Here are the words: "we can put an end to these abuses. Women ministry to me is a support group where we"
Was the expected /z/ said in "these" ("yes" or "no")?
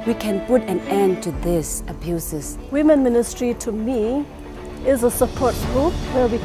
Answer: no